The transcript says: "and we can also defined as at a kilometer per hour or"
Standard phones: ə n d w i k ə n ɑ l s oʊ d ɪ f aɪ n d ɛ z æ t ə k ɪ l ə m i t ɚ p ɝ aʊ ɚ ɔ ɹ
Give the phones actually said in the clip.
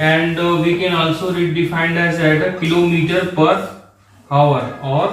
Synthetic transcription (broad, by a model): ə n d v i k ə n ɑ l s oʊ d ɪ f aɪ n d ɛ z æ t ə k ɪ l ə m i t ɚ p ɝ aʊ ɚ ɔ ɹ